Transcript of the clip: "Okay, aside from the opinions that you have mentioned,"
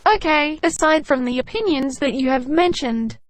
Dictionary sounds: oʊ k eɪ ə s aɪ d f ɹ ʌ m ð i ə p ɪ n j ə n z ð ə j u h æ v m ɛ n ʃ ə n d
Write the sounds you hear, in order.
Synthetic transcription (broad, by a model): oʊ k eɪ ə s aɪ d f ɹ ʌ m ð i ə p ɪ n j ə n z ð ə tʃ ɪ v m ɛ n ʃ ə n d